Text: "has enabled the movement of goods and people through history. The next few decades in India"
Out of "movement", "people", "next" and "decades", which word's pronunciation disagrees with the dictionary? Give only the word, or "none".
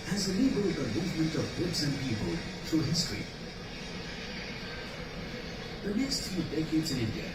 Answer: none